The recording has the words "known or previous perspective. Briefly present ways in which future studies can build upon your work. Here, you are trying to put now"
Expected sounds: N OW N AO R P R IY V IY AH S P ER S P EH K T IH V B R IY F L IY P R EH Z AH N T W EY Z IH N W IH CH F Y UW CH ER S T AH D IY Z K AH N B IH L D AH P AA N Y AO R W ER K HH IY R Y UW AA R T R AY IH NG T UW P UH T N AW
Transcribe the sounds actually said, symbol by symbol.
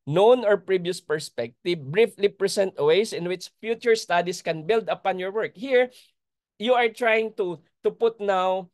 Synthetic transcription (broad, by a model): N OW N AO R P R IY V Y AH S P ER S P EH K T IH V B R IY F L IY P R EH S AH N T W EY S IH N W IH CH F Y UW CH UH S T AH D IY S K AH N B IH L D AH P AA N Y AO R W ER K HH IY R Y UW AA R T R AY IH NG T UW P UH T N AW